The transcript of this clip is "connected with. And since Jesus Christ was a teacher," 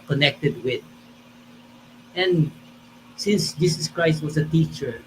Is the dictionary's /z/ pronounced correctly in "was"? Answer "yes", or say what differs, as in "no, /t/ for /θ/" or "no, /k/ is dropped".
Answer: no, /s/ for /z/